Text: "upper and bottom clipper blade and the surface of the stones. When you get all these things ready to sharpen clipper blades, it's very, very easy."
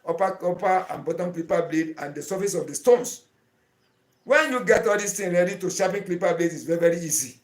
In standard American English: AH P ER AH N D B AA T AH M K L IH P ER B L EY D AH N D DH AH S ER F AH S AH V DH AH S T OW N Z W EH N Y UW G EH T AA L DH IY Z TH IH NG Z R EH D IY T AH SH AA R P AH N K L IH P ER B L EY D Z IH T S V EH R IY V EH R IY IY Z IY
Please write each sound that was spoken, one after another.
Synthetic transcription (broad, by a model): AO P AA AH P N B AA T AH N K L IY P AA B L EY D AH N D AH S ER F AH S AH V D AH S T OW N S W EH N Y UW G EH T AA L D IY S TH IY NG R EH D IY T AH SH AA P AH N K L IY P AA B L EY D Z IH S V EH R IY V EH R IY IY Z IY